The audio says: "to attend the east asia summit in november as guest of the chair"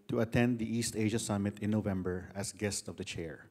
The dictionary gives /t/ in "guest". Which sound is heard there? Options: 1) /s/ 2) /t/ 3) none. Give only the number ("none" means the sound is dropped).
2